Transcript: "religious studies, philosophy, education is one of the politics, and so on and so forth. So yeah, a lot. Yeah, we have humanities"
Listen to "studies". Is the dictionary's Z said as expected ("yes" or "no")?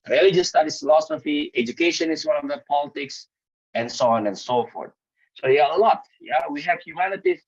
no